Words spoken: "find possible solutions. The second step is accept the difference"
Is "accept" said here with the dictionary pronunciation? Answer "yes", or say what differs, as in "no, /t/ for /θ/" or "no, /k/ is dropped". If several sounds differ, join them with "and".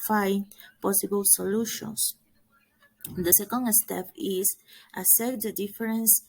no, /k/ is dropped